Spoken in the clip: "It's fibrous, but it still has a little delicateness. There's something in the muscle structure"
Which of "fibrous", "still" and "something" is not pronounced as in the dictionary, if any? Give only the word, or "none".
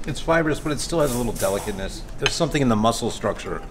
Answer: none